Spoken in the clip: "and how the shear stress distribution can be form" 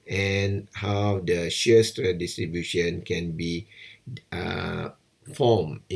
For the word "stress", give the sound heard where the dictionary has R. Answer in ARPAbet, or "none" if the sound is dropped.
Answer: none